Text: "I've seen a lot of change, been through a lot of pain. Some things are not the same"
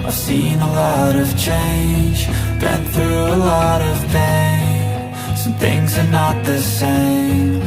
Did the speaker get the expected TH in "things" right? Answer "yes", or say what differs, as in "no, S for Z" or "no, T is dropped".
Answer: yes